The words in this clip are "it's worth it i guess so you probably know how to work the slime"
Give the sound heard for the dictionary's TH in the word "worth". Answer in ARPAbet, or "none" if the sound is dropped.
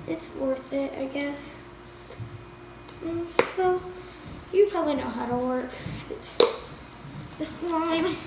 TH